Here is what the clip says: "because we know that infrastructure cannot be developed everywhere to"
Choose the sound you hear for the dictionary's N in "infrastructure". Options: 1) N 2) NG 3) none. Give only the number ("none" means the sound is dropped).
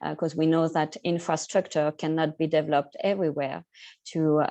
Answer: 1